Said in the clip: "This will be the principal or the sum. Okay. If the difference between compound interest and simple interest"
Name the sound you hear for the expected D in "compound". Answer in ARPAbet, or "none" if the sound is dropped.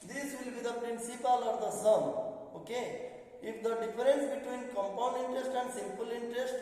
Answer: D